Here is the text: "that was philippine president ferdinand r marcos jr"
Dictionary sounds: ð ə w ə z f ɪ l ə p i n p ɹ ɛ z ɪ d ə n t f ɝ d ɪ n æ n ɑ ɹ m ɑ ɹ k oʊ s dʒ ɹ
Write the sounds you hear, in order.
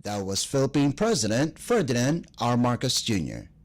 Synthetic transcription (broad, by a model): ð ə w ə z f ɪ l ə p i n p ɹ ɛ z ɪ d ə n t f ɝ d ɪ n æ n ɑ ɹ m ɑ ɹ k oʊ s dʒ ɹ